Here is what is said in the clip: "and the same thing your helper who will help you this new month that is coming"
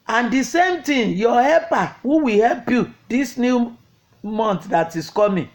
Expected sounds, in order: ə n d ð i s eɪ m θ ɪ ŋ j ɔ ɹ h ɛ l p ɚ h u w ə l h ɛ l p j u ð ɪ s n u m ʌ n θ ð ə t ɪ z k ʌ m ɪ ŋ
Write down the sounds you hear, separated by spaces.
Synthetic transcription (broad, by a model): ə n d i s eɪ m t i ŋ j ɔ h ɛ p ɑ h u w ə h ɛ l p j u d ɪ s n u m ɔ n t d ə t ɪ s k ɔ m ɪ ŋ